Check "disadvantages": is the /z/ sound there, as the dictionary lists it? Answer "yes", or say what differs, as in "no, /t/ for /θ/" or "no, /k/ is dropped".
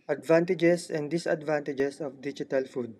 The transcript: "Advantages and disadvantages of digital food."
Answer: no, /s/ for /z/